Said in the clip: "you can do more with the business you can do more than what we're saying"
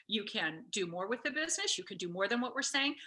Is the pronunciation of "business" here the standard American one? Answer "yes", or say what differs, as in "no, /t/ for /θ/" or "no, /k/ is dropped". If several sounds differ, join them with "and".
yes